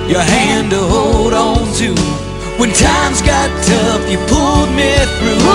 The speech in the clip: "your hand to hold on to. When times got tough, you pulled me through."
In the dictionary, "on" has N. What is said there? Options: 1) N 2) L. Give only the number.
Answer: 1